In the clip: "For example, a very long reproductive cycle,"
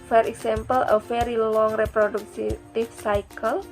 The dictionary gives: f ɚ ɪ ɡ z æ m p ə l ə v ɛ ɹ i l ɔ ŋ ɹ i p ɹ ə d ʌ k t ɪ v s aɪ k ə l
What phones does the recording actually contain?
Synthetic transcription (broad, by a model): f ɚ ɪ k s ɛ m p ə l ə f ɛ ɹ i l ɔ ŋ ɹ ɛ p ɹ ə d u k t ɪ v s aɪ k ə l